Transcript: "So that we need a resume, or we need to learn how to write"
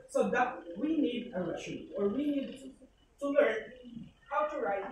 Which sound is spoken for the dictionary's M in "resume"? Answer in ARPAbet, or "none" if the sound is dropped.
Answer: none